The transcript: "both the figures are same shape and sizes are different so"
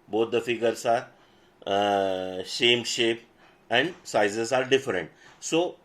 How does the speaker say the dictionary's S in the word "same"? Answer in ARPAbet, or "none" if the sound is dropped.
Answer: SH